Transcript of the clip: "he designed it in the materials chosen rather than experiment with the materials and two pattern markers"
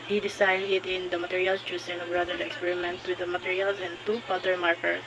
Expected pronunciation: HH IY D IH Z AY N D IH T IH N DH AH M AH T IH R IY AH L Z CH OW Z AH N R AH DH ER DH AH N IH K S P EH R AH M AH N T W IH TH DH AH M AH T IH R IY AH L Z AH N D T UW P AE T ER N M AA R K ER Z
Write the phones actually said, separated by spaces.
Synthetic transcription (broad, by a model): HH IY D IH S AY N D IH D IH N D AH M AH T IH R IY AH L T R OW S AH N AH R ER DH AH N IH K S P EH R AH M AH N T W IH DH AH M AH T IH R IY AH L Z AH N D T UW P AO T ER M AA R K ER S